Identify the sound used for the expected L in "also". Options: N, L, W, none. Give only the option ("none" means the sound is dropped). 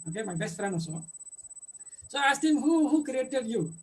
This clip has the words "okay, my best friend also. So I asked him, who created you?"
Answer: none